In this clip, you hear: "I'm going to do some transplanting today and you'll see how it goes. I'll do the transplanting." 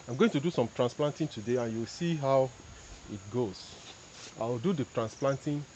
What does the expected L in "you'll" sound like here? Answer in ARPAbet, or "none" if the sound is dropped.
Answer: W